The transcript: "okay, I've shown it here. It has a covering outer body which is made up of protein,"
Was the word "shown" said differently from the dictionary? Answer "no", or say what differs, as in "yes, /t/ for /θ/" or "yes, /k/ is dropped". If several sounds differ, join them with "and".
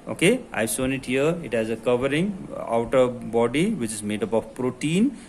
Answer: yes, /s/ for /ʃ/